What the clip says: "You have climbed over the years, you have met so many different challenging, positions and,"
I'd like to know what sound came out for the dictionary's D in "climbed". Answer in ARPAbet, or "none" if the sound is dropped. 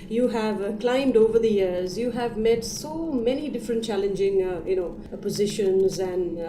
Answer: D